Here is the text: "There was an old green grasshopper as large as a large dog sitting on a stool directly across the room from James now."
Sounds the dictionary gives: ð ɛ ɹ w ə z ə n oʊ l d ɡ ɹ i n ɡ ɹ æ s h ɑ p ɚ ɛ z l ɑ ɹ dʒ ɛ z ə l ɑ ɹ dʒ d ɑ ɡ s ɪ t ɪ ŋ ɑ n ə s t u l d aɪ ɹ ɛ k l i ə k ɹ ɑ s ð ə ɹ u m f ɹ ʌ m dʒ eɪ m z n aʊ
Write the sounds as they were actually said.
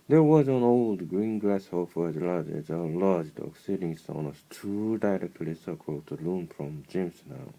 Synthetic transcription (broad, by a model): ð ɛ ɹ w ə z ə n oʊ l d ɡ ɹ i n ɡ l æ s h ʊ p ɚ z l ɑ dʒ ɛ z ə l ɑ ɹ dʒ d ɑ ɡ s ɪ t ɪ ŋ ɑ n ə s t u d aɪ ɹ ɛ k l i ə k ɑ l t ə l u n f ɹ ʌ m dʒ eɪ m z n aʊ